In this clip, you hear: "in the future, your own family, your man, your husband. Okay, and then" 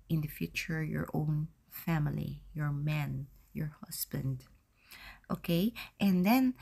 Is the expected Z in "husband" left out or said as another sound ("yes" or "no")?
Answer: yes